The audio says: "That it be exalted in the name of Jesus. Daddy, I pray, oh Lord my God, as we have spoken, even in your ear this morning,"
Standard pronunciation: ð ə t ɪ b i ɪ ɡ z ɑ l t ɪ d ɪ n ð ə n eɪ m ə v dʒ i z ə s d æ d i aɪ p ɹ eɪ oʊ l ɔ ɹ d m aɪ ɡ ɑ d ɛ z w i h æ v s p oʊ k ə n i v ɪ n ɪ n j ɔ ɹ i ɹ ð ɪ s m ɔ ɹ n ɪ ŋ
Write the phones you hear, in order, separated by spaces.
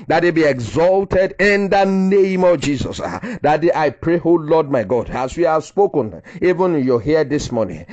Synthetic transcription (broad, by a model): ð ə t ɪ b i ɪ ɡ z ɑ l t ɪ d ɪ n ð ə n eɪ m ə v dʒ i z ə s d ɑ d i aɪ p ɹ eɪ oʊ l ɔ d m aɪ ɡ ɑ d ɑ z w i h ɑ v s p oʊ k ə n i v ɪ n ɪ n j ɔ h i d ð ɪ s m ɔ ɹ n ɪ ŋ